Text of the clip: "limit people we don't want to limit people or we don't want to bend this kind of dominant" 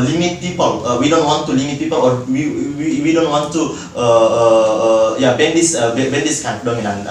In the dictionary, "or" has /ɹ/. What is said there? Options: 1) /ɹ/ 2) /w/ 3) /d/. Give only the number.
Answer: 2